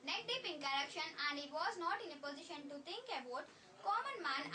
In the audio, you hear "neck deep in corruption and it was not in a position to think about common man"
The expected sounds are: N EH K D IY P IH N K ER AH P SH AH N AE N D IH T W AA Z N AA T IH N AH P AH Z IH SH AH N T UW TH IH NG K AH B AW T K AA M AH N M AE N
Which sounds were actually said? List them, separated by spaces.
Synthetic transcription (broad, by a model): N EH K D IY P IH N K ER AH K SH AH N AE N D IH T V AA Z N AA T IH N AH P AH Z IH SH AH N T UW T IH NG K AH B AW T K AA M AH N M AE N